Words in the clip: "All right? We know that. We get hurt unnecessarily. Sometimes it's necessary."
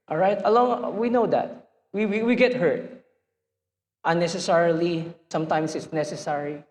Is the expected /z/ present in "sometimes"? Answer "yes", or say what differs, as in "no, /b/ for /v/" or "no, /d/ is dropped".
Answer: no, /s/ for /z/